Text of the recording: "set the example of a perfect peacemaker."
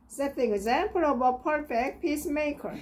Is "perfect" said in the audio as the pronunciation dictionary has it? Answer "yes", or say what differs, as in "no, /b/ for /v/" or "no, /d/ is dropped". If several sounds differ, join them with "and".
yes